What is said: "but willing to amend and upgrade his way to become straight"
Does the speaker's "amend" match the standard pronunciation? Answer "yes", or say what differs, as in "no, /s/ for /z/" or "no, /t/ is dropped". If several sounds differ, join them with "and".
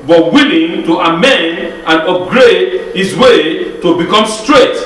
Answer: yes